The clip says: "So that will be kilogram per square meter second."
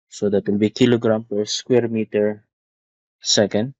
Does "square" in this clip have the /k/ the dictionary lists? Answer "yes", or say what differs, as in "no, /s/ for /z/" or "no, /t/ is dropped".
yes